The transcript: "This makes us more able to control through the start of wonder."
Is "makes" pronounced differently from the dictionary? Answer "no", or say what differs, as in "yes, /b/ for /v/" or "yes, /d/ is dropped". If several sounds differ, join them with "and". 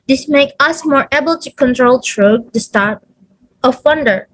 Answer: yes, /s/ is dropped